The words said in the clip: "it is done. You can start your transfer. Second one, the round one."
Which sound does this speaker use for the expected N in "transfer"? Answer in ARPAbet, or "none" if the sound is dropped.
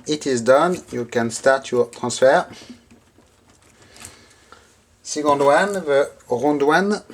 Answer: none